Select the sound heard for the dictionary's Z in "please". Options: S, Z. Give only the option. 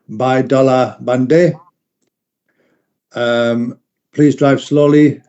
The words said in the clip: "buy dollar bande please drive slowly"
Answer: Z